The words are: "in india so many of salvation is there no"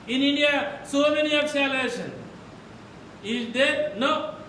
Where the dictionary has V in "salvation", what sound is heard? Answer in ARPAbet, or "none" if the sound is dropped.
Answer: none